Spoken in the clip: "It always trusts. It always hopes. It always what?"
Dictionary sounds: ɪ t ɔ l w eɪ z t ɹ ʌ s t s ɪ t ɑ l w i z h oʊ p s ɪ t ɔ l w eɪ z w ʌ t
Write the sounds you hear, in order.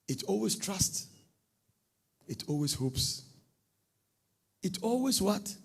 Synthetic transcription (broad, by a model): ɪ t ɔ l w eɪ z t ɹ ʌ s t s ɪ t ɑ l w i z h oʊ p s ɪ t ɔ l w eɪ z w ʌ t